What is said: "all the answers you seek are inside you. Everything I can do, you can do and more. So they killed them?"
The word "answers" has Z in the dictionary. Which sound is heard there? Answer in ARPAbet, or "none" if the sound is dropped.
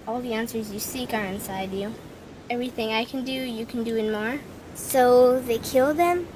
Z